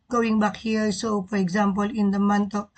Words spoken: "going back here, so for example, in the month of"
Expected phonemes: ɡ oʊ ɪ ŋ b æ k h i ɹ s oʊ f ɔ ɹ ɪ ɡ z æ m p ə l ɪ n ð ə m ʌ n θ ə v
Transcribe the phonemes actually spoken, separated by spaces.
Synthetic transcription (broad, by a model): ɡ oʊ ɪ ŋ b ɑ k h i ɹ s oʊ f ɔ ɹ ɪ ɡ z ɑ m p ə l ɪ n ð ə m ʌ n t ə